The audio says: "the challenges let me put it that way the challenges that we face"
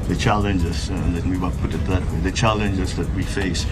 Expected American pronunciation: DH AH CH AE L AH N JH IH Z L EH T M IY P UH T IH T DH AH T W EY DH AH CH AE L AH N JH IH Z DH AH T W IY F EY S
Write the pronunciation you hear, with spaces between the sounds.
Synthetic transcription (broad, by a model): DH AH CH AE L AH N JH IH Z N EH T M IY P UH T IH T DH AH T W EY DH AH CH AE L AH N JH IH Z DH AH T W IY F EY S